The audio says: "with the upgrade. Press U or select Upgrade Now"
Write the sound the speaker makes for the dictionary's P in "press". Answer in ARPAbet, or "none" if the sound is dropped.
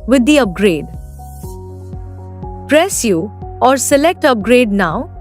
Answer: P